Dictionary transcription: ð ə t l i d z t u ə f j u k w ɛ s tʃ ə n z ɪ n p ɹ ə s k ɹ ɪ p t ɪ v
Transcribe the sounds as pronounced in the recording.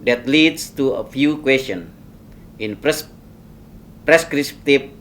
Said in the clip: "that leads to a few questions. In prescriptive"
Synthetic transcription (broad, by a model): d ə t l i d s t u ə f j u k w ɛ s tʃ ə n ɪ n p ɹ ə s k ɹ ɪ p t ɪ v